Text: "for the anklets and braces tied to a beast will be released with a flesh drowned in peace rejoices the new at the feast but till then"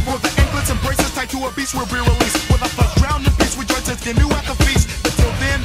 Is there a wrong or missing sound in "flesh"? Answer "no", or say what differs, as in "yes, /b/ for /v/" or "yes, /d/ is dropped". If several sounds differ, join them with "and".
yes, /l/ is dropped